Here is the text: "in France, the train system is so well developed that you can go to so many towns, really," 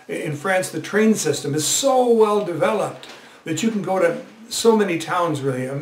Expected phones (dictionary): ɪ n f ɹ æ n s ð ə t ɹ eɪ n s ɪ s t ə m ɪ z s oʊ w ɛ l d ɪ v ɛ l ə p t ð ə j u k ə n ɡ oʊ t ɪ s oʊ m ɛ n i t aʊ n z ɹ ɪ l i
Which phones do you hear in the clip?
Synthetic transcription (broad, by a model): ɪ n f ɹ æ n s ð ə t ɹ eɪ n s ɪ s t ə m ɪ z s oʊ w ɛ l d ɪ v ɛ l ə p t ð ə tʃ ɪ k n ɡ oʊ t ɪ s oʊ m ɛ n i t aʊ n z ɹ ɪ l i